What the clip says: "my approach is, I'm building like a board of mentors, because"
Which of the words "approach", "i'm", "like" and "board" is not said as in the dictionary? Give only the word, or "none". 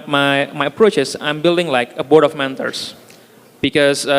none